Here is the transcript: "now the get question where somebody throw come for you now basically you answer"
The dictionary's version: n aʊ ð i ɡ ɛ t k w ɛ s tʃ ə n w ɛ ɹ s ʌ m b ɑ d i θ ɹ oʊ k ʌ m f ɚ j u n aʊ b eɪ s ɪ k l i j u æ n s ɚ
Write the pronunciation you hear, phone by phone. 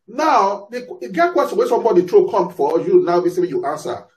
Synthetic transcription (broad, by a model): n aʊ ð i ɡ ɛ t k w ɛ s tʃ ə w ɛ s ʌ m b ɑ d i t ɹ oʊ k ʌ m f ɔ j u n aʊ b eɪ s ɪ l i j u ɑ n s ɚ